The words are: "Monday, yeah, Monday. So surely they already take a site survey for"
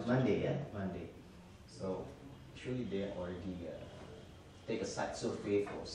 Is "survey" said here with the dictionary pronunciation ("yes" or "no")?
no